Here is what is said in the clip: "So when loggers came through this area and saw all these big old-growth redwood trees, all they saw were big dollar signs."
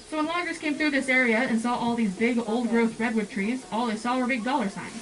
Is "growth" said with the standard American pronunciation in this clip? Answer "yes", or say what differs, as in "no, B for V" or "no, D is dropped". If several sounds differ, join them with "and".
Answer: yes